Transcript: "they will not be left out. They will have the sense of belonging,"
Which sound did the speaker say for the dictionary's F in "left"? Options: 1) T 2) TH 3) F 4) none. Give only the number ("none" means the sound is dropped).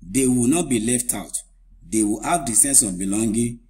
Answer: 3